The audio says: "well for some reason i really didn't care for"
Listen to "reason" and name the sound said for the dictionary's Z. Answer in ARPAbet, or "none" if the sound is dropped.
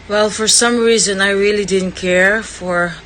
Z